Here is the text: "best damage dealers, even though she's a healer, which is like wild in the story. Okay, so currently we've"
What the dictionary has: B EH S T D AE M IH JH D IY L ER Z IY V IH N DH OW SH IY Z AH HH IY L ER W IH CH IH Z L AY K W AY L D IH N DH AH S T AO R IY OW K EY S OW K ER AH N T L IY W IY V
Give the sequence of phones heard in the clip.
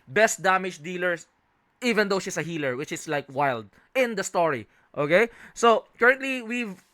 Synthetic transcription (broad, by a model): B EH S T D AE M IH JH D IY L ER S IY V IH N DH OW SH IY S AH HH IY L ER W IH CH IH S L AY K W AY L D IH N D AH S T AO R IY OW K EY S OW K ER AH N T L IY W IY V